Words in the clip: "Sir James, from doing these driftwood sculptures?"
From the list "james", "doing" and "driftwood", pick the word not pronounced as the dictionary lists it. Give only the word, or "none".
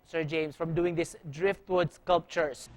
james